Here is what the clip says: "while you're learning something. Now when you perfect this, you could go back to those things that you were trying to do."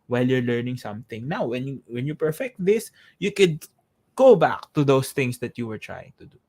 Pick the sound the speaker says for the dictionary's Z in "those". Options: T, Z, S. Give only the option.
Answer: S